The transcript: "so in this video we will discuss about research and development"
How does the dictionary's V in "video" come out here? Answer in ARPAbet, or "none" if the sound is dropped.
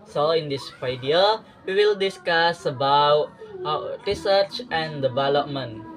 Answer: F